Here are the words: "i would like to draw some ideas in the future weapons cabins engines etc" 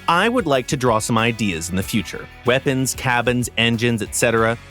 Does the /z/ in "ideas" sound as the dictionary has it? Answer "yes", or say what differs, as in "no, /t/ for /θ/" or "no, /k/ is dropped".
yes